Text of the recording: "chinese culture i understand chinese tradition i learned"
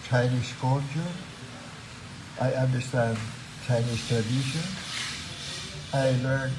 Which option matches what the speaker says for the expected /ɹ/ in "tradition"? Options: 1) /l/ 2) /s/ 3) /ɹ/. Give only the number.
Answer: 1